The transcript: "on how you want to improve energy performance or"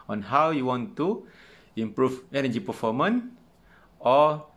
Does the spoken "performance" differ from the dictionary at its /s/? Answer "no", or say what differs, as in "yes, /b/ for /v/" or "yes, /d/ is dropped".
yes, /s/ is dropped